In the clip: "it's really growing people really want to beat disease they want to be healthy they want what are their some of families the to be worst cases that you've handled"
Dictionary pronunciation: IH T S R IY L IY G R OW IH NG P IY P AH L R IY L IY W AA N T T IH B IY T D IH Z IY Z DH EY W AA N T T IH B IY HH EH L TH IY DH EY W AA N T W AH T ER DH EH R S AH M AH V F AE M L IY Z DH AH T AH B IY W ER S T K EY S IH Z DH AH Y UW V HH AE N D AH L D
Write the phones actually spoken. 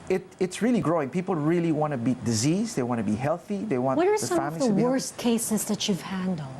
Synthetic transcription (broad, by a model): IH T S R IY L IY G R OW IH NG P IY P L R IY L IY W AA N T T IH B IY T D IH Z IY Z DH EY W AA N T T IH B IY HH EH L TH IY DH EY W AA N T W AH T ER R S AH AH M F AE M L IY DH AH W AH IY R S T K EY S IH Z DH AH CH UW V HH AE N D L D